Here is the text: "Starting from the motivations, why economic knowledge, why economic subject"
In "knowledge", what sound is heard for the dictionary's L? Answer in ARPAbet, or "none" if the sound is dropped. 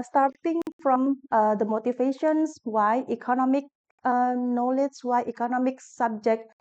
L